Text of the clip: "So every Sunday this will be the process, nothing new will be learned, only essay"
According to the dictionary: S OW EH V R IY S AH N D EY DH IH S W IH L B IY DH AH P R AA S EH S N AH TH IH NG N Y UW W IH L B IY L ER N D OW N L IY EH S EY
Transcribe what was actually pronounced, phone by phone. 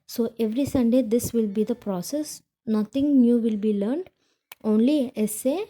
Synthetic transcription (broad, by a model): S OW EH V R IY S AH N D EY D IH S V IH L B IY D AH P R AA S EH S N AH T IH NG N Y UW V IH L B IY L ER N D OW N L IY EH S EY